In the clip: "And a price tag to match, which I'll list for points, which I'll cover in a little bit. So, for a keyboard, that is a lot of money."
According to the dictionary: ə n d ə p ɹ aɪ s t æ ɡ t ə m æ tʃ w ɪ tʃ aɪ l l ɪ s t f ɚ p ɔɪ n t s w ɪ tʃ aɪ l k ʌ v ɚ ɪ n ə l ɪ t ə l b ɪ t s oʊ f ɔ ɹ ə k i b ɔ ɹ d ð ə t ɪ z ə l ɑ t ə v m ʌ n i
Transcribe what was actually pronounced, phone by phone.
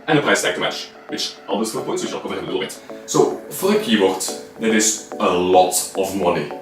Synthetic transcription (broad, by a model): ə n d ə p ɹ aɪ s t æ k t ə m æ tʃ w ɪ tʃ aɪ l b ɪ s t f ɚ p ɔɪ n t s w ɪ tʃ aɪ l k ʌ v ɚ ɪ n ə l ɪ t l b ɪ t s oʊ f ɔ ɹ ə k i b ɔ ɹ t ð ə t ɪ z ə l ɑ t ə v m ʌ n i